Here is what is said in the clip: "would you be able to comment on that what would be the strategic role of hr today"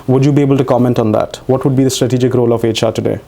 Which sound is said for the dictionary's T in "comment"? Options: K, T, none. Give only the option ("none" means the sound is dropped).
T